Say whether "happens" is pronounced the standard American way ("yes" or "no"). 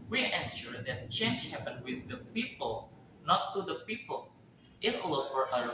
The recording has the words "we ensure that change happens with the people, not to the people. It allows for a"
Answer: no